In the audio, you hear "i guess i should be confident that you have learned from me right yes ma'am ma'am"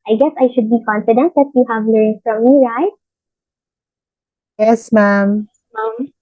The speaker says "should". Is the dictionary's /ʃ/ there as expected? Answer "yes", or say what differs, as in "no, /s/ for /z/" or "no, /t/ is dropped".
yes